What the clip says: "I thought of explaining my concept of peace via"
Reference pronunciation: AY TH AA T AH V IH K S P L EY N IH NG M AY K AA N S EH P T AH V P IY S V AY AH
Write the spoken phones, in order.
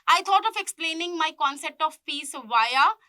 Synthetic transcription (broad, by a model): AY T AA T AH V IH K S P L EY N IH NG M AY K AA N S EH P T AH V P IY S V AY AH